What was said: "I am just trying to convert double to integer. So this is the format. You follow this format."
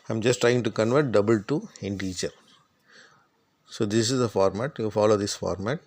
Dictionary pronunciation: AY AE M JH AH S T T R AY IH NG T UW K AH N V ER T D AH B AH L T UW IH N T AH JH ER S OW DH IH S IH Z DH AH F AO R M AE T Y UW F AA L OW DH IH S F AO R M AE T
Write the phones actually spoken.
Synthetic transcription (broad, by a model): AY M JH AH S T T R AY IH NG T UW K AH N V ER T D AH B AH L T UW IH N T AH CH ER S OW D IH S IH Z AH F AO R M AE T Y UW F AA L OW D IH S F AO R M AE T